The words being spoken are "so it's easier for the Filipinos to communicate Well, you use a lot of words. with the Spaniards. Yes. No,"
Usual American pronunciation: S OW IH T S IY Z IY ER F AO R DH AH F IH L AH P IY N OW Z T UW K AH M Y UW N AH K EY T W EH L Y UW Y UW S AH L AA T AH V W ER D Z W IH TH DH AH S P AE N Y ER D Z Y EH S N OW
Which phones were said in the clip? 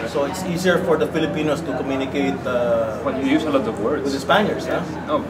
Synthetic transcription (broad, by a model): S OW IH T S IY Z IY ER F AO R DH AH F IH L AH P IY N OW S T UW K AH M Y UW N AH K EY T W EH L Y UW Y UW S AH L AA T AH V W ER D W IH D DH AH S P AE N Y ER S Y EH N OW